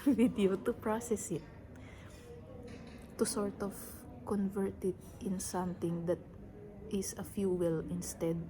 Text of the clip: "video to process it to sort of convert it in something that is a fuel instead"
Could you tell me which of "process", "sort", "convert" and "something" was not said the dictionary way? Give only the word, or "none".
something